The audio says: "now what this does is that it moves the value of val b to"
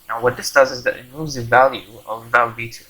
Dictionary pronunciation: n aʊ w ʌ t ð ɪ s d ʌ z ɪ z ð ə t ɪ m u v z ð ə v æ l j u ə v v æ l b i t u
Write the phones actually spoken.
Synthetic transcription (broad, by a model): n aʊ w ʌ t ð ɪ s d ʌ z ɪ z ð ə t ɪ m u z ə v æ l j u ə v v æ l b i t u